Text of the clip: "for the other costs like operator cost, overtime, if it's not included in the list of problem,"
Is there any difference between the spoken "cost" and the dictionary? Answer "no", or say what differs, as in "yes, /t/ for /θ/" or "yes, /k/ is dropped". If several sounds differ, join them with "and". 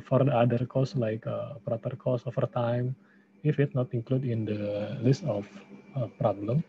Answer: yes, /t/ is dropped